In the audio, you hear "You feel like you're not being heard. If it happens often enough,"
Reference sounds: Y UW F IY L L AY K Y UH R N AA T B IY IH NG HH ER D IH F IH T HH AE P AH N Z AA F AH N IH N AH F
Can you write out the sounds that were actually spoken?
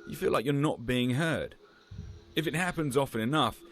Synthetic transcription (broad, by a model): Y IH F IY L L AY K Y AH R N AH T B IY IH NG HH ER D IH F IH T HH AE P AH N Z AA F AH N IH N AH F